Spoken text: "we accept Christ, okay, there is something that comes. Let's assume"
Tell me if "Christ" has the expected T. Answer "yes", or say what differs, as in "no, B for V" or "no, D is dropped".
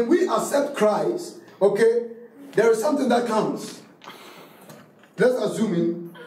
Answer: no, T is dropped